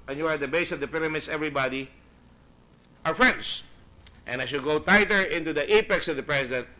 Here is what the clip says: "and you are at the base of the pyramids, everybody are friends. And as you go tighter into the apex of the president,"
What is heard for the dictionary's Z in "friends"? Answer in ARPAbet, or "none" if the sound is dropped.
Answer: S